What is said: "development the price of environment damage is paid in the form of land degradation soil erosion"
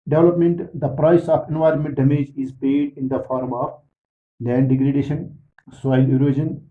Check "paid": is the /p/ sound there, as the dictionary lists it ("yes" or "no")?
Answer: no